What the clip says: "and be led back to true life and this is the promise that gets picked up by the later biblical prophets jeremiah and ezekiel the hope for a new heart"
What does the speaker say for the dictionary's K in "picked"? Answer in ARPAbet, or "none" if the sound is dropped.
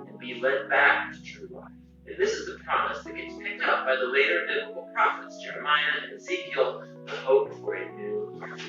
K